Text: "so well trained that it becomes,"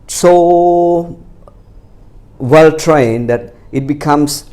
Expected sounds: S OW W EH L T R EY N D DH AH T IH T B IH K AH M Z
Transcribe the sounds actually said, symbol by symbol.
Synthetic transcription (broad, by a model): S OW W EH L T R EY N D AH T IH T B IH K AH M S